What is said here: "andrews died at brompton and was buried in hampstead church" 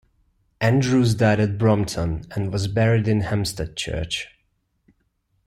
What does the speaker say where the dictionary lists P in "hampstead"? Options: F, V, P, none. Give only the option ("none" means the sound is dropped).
none